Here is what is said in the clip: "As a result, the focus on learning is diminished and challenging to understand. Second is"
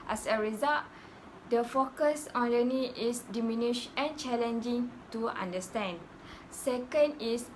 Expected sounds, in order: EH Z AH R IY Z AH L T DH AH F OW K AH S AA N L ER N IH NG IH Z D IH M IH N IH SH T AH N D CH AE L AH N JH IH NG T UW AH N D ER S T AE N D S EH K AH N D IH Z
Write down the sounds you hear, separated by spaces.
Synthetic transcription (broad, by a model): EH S AH R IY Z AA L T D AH F OW K AH S AA N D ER N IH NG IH S D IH M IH N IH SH AH N CH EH L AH N JH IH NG T UW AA N D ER S T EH N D S EH K AH N D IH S